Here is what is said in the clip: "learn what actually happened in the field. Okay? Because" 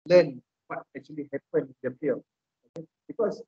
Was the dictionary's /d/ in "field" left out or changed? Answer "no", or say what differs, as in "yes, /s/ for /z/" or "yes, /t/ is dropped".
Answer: yes, /d/ is dropped